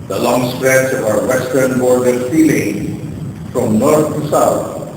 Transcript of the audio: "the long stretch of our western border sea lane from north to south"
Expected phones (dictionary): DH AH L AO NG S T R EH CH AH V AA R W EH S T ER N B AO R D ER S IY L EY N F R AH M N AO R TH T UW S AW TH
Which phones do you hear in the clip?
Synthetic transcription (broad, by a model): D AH L AO NG S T R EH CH AA R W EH S T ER N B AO R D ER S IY L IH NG F R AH M N AO R T T UW S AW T